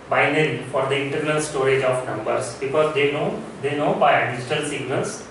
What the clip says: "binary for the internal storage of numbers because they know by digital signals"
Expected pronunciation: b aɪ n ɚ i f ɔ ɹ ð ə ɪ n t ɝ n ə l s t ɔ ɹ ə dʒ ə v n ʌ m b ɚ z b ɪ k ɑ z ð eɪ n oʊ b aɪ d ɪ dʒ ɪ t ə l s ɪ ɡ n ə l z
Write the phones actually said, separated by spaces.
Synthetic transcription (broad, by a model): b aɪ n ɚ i f ɔ ɹ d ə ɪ n t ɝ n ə l s t ɔ ɹ ə dʒ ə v n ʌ m b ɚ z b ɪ k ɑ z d eɪ n oʊ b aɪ d ɪ dʒ ɪ t ə l s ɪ ɡ n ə l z